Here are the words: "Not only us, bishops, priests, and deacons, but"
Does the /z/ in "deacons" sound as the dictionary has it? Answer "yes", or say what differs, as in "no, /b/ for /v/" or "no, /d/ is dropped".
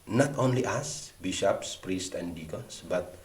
no, /s/ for /z/